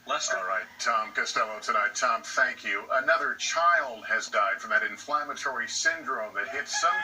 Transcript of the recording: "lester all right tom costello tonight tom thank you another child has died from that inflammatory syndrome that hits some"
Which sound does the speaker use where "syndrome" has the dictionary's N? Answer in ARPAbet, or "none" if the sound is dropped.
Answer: N